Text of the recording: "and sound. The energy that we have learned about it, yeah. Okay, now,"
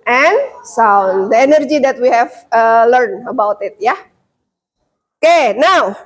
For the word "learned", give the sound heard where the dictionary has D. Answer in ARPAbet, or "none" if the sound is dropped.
none